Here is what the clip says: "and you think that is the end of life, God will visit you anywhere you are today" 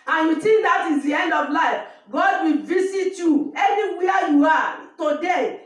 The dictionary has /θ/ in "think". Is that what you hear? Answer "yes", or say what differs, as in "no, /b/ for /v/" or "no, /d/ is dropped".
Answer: no, /t/ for /θ/